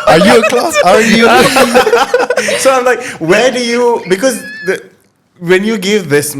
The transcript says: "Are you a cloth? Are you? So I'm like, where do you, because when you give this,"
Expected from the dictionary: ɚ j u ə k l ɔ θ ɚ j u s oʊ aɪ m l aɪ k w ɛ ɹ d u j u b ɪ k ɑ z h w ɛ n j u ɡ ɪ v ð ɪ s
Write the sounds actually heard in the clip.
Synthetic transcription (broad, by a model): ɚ j u ə k l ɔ s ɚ j u s oʊ aɪ m l aɪ k w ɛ d u j u b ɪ k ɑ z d w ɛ n j u ɡ ɪ v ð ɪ s